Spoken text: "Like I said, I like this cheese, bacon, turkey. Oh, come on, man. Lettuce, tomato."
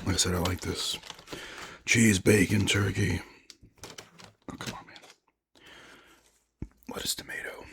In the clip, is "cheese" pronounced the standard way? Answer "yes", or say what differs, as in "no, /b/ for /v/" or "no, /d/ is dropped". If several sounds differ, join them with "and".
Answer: yes